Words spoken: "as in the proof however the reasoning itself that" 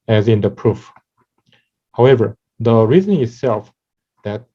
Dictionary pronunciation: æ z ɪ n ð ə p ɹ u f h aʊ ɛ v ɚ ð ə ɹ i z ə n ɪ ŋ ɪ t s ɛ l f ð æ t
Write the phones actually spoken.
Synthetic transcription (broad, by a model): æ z ɪ n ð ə p ɹ u f h aʊ ɛ v ɚ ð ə ɹ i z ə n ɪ ɪ t s ɛ l f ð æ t